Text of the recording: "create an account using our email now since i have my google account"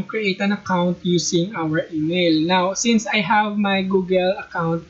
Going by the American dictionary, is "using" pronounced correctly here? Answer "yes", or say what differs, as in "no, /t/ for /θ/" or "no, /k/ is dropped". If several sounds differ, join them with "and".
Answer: no, /s/ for /z/